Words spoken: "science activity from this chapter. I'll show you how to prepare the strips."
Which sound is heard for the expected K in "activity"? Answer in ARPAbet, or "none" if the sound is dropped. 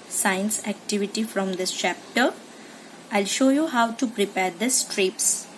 K